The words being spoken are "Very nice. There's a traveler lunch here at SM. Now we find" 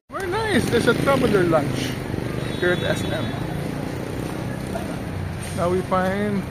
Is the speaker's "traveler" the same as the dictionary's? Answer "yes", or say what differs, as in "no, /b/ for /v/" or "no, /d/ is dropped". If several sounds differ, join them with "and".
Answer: no, /b/ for /v/